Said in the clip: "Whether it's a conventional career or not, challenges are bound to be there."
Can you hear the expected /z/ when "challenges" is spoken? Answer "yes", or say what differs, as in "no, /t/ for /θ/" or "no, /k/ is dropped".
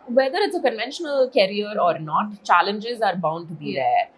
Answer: yes